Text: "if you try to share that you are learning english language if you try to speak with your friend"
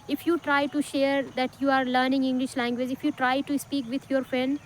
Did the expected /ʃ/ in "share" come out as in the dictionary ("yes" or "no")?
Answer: yes